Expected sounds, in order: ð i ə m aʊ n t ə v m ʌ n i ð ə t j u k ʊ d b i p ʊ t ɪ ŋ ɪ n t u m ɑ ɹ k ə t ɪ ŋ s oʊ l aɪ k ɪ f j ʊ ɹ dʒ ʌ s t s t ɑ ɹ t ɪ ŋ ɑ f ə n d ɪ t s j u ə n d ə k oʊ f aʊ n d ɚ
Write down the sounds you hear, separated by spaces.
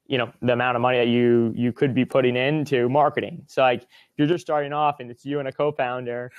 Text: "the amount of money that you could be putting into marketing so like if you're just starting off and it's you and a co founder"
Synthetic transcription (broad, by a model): ð i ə m aʊ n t ə v m ʌ n i ð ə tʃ j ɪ k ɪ d b i p ʊ t ɪ ŋ ɪ n t u m ɑ ɹ k ə t ɪ ŋ s oʊ l aɪ k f j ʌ ɹ dʒ ʌ s t s t ɑ ɹ t ɪ ŋ ɑ f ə n ɪ t s j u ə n ə k oʊ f aʊ n d ɚ